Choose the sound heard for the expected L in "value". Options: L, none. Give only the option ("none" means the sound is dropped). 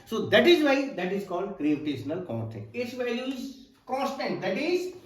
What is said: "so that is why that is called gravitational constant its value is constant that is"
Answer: none